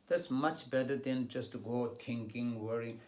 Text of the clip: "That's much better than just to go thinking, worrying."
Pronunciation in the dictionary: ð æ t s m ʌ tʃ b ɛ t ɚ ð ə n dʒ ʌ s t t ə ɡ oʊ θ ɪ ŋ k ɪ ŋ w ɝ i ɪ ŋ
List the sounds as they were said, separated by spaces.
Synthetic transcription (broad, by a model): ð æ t s m ʌ tʃ b ɛ t ɚ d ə n dʒ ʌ s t t ɡ oʊ t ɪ ŋ k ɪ ŋ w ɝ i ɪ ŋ